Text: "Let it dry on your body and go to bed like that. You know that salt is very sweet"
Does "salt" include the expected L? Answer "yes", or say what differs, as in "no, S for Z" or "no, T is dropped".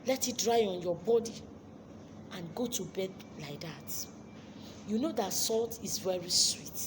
yes